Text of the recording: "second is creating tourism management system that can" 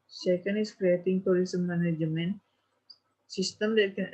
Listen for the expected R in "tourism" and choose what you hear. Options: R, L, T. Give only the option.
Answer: L